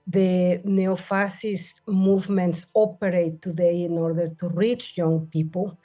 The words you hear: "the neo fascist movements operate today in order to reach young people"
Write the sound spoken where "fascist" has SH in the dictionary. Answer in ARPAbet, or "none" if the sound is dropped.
S